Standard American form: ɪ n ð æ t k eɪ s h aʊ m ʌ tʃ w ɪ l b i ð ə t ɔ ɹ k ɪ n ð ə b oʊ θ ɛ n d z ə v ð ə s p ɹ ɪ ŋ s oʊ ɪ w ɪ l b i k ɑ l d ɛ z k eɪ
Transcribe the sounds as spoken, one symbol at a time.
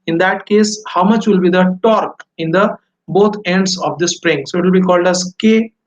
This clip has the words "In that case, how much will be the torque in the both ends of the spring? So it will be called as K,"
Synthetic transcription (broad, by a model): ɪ n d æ t k eɪ s h aʊ m ʌ tʃ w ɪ l b i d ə t ɔ ɹ k ɪ n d ə b oʊ t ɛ n d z ə v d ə s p ɹ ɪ ŋ s oʊ ɪ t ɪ l b i k ɑ l d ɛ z k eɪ